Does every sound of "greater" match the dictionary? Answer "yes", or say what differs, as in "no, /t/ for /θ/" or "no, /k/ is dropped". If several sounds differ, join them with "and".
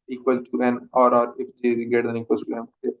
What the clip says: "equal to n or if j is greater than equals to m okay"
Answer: no, /ɹ/ is dropped